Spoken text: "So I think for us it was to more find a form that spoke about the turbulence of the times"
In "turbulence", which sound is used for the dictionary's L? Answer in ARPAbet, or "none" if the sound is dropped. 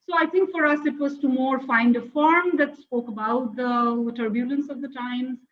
L